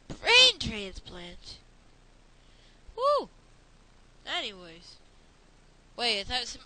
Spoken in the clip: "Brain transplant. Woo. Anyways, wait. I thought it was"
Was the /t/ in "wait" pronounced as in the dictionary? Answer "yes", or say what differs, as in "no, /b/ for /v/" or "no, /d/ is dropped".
no, /t/ is dropped